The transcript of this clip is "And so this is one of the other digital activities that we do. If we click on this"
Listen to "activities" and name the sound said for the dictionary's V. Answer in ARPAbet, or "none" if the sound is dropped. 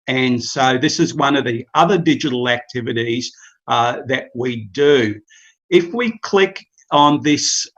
V